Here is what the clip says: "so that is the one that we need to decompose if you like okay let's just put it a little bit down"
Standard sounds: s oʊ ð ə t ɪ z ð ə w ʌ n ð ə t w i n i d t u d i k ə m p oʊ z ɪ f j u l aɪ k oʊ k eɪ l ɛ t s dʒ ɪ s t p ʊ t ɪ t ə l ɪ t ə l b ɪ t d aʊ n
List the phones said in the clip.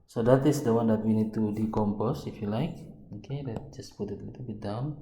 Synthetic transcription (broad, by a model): s oʊ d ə t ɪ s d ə w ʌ n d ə t w i n i d t u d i k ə m p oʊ s ɪ f j u l aɪ k oʊ k eɪ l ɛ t dʒ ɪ s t p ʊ t ɪ t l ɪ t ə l b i d aʊ n